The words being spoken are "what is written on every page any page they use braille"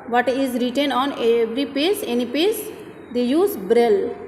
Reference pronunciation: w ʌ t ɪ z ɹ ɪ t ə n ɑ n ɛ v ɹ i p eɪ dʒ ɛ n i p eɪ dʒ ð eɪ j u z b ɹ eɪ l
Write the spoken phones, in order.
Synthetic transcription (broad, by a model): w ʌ t ɪ z ɹ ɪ t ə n ɑ n ɛ v ɹ i p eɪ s ɛ n i p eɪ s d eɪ j u z b ɹ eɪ l